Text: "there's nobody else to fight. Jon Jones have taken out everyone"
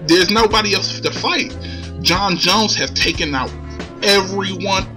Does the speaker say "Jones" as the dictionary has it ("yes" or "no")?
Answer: yes